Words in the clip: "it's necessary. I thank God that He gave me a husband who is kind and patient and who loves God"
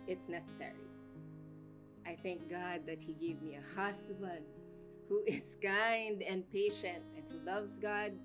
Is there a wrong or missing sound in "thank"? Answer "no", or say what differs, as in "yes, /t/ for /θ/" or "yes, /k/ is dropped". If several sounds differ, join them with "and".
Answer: no